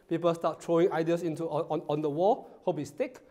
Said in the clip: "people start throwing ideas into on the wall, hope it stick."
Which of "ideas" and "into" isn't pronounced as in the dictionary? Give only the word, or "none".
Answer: ideas